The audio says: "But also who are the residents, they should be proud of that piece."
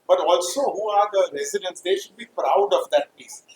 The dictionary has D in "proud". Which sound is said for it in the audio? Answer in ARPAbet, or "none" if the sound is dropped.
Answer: D